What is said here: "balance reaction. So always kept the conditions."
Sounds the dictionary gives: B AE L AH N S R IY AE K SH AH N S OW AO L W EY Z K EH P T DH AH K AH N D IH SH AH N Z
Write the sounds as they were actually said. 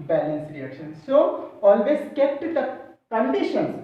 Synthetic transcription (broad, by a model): B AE L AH N S R IY AE K SH AH N S OW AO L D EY S K EH P T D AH K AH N D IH SH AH N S